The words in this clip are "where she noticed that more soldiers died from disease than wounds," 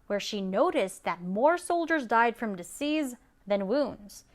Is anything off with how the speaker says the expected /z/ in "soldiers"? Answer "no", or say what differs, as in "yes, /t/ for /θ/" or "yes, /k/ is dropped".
no